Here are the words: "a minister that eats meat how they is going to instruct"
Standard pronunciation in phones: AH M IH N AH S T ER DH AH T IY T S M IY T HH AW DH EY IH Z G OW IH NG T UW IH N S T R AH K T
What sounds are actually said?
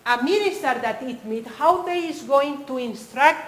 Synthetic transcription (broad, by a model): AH M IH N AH S T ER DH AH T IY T M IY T HH AW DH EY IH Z G OW IH NG T UW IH N S T R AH K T